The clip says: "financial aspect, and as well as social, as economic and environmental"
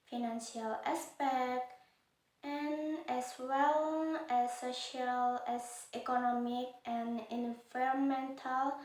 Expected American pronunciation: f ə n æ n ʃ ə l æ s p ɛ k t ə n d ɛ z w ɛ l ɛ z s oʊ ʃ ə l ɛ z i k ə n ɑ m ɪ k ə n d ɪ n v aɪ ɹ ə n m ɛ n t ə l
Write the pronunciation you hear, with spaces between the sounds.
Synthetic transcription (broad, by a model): f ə n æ n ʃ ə l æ s p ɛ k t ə n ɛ s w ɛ l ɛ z s oʊ ʃ ə l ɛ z i k ə n ɑ m ɪ k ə n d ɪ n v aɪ ɹ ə n m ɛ n t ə l